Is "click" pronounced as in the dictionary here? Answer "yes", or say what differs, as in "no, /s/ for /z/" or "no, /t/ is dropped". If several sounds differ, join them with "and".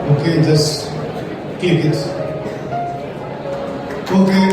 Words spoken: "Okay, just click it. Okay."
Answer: no, /l/ is dropped